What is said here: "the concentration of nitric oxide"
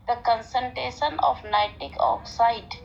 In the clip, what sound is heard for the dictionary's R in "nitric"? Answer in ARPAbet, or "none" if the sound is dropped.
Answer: none